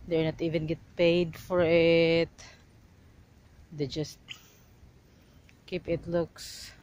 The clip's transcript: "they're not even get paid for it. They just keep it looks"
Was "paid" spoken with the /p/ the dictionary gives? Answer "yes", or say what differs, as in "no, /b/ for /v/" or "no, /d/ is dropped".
yes